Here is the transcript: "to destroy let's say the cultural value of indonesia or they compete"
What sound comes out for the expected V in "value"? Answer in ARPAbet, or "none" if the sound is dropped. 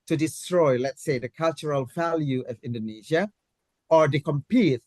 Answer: V